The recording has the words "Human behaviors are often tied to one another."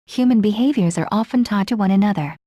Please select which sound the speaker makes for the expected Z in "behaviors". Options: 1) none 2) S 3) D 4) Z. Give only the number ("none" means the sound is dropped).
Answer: 4